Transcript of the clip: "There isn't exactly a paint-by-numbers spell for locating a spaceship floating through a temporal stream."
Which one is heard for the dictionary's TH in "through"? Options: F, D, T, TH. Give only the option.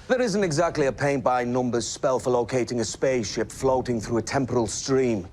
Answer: TH